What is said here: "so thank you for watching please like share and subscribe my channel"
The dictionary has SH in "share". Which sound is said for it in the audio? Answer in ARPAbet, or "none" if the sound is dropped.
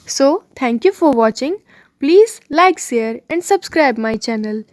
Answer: S